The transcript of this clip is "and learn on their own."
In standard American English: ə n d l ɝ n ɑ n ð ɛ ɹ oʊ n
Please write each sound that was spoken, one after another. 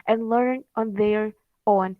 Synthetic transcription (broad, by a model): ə n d l ɝ n ɑ n ð ɛ ɹ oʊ n